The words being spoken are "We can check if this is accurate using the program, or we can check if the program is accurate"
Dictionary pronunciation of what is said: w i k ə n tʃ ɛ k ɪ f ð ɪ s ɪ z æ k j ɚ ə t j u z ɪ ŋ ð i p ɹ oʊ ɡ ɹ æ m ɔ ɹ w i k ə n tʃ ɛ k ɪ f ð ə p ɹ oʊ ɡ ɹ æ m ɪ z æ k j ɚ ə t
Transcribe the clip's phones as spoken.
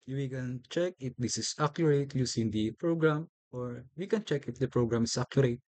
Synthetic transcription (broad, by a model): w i k ə n tʃ ɛ k ɪ f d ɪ s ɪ s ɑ k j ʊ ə t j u s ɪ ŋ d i p ɹ oʊ ɡ ɹ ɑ m ɔ ɹ w i k ə n tʃ ɛ k ɪ f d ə p ɹ oʊ ɡ ɹ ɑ m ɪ s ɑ k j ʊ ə t